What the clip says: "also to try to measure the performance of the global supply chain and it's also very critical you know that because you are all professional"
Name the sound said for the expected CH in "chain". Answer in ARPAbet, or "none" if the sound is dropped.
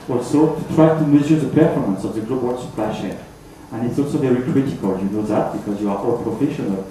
SH